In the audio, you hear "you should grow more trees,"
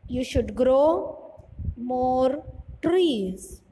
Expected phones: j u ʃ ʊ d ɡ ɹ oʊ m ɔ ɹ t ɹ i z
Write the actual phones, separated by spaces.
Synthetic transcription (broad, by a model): j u ʃ ʊ d ɡ ɹ oʊ m ɔ ɹ t ɹ i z